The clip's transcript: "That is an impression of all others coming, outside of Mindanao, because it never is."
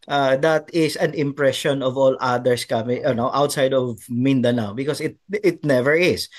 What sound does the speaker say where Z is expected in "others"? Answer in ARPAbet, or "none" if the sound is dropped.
S